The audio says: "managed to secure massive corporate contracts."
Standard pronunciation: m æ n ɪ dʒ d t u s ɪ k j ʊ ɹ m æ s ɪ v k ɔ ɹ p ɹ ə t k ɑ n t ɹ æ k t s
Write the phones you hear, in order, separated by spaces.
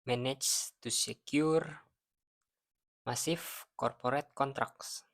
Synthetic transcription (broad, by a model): m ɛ n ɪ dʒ t u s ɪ k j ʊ ɹ m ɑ s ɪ f k ɔ ɹ p ɹ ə t k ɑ n t ɹ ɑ k s